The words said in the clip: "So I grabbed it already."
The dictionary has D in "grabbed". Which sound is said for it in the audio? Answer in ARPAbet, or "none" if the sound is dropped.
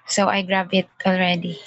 none